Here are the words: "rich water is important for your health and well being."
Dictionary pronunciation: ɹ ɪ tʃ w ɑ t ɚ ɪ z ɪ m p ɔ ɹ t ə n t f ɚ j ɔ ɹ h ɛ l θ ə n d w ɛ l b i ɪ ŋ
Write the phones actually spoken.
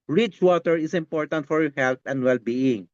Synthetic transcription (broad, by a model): ɹ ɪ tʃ w ɑ t ɚ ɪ s ɪ m p ɔ ɹ t ə n t f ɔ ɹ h ɛ l t ə n d w ɛ l b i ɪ ŋ